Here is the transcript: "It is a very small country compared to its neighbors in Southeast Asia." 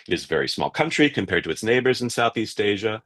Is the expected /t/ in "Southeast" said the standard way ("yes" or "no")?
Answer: yes